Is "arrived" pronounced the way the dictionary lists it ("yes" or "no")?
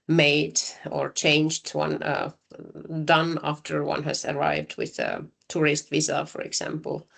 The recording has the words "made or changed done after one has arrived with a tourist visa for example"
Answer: yes